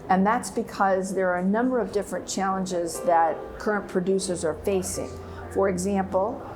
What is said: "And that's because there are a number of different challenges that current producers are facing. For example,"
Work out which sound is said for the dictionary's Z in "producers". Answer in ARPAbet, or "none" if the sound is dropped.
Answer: Z